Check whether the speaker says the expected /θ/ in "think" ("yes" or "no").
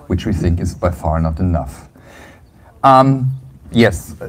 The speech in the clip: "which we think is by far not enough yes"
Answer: yes